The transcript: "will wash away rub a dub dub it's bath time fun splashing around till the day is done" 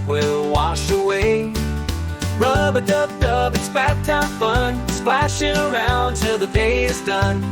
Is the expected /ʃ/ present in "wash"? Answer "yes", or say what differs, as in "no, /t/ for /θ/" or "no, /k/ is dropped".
yes